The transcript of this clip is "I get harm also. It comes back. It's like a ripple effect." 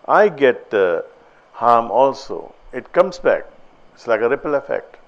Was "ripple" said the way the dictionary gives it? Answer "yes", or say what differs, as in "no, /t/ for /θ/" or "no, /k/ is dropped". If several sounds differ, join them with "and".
yes